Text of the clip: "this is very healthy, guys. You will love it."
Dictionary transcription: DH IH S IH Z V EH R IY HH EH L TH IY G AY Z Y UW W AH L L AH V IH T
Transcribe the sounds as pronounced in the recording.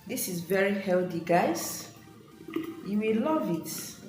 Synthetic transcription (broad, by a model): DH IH S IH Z V EH R IY HH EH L T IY G AY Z Y UW W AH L L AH V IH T